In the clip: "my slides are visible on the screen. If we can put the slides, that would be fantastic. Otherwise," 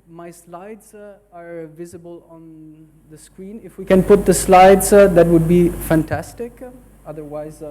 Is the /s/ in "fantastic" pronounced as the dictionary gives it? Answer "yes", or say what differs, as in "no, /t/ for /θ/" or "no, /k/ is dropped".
yes